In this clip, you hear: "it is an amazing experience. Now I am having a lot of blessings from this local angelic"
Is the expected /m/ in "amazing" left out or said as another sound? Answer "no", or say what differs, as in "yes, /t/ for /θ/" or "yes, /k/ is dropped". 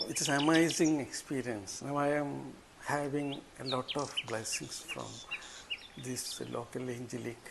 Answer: yes, /m/ is dropped